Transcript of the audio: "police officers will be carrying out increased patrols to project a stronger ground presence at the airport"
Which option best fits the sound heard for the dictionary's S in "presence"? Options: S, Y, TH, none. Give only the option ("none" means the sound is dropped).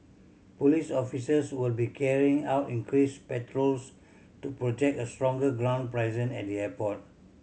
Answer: none